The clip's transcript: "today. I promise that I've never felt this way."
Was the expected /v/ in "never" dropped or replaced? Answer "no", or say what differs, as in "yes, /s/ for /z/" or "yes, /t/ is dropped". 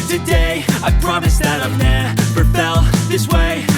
yes, /p/ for /v/